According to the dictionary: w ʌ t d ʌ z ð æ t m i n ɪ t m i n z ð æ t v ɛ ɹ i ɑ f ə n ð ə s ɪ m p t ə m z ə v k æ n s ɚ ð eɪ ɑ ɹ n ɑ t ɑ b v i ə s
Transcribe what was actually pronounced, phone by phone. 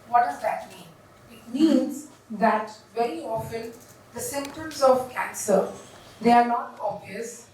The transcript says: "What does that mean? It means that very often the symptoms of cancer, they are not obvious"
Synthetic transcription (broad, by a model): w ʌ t d ʌ z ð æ t m i n ɪ t m i n z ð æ t v ɛ ɹ i ɑ f ə n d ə s ɪ m p t ə m z ə v k æ n s ɚ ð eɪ ɑ ɹ n ɑ t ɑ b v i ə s